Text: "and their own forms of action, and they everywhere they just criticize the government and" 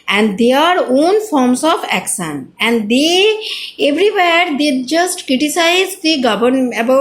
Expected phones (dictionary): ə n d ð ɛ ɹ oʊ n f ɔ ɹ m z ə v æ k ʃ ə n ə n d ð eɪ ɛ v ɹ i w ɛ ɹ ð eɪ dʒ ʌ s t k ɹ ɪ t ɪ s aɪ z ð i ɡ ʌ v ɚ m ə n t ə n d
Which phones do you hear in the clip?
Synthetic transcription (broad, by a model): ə n d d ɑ ɹ oʊ n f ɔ ɹ m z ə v æ k ʃ ə n ə n d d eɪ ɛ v ɹ i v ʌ ɹ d eɪ dʒ ʌ s t k ɹ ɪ t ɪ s aɪ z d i ɡ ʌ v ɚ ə t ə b